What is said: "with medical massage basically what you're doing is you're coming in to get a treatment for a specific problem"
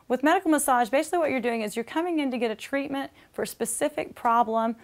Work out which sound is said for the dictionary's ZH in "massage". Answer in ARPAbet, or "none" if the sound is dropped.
ZH